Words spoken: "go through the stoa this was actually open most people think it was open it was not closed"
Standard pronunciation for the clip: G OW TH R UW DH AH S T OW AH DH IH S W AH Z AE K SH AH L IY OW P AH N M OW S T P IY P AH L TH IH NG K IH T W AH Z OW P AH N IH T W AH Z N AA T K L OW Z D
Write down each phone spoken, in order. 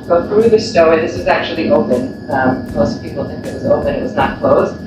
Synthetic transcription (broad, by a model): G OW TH R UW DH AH S T OW AH DH IH S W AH Z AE K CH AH L IY OW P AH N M OW S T P IY P L TH IH NG K IH T W AH Z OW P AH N IH T W AH Z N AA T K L OW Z